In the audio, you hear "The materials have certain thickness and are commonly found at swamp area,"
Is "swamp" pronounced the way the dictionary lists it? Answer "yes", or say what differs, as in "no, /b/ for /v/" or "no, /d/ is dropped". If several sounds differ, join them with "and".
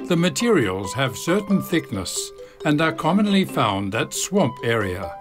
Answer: yes